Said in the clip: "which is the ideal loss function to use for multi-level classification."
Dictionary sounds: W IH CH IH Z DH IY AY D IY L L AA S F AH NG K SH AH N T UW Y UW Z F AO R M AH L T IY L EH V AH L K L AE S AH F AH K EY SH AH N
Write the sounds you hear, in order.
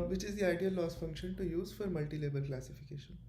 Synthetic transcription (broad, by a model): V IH CH IH Z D IY AY D IY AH L AA S F AH NG K SH AH N T UW Y UW Z F AO R M AH L T IY L EH B AH L K L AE S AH F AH K EY SH AH N